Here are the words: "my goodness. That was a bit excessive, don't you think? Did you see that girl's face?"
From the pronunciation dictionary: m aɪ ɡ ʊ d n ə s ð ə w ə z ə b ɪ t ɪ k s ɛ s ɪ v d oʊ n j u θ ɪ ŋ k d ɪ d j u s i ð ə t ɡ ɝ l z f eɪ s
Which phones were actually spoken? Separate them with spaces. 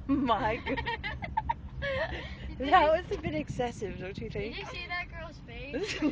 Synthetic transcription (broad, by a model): m aɪ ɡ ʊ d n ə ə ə s ə b ɪ t ɪ k s ɛ s ɪ v d oʊ n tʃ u θ ɪ ŋ k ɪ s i ð ə t ɡ ɝ l z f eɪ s